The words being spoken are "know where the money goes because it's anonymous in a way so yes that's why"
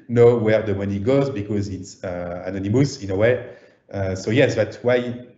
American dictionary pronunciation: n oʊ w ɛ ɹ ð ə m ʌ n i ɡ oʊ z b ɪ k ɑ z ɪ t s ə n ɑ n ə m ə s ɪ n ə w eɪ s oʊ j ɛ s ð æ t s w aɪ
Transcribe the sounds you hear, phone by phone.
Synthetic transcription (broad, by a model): n oʊ w ɛ ɹ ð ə m ʌ n i ɡ oʊ z b ɪ k ɑ z ɪ t s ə n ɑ n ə m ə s ɪ n ə w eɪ s oʊ j ɛ s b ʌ t w aɪ